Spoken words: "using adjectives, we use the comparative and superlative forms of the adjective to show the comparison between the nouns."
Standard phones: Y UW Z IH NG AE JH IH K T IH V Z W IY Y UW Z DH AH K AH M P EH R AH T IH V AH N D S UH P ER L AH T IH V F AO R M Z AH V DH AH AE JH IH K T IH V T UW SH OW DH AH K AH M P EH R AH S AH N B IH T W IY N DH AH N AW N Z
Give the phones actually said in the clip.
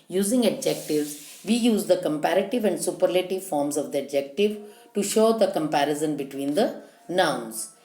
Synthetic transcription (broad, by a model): Y UW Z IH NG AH JH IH K T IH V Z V IY Y UW Z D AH K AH M P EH R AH T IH V AH N D S UH P ER L AH T IH V F AO R M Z AH V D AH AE JH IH K T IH V T UW SH OW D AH K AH M P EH R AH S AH N B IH T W IY N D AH N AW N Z